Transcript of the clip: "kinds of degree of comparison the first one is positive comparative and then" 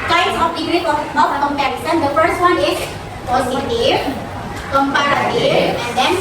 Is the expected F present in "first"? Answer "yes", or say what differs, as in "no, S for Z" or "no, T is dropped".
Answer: yes